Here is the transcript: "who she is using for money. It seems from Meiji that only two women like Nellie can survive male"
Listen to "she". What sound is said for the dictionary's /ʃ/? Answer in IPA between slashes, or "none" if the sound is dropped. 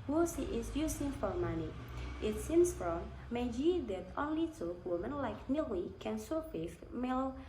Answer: /s/